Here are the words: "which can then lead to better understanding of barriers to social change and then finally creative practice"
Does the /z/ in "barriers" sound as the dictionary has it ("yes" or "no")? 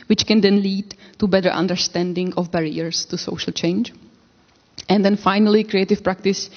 no